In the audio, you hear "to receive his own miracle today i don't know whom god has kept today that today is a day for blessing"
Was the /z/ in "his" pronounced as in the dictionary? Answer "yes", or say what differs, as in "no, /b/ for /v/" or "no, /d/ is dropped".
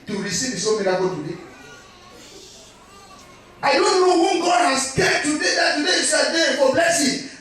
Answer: no, /s/ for /z/